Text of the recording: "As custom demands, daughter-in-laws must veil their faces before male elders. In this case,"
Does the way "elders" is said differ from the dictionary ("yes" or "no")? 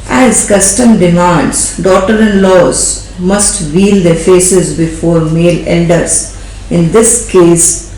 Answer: yes